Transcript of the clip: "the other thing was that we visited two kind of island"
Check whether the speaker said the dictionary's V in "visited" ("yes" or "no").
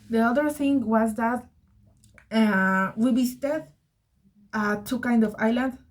no